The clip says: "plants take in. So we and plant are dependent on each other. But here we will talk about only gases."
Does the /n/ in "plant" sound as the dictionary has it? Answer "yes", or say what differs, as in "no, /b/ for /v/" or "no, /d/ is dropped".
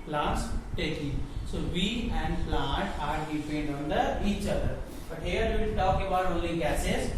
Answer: no, /n/ is dropped